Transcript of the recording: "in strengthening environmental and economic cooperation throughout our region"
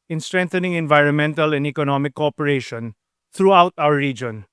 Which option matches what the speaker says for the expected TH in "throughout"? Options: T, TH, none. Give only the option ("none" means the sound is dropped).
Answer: T